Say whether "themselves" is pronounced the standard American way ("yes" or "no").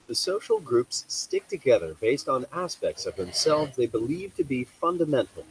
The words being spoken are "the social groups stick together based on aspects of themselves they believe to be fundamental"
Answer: yes